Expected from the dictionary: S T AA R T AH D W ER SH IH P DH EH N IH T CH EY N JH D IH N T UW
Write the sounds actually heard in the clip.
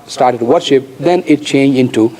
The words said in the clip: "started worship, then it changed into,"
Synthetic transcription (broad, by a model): S T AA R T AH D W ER SH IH P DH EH N IH T CH EY N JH IH N T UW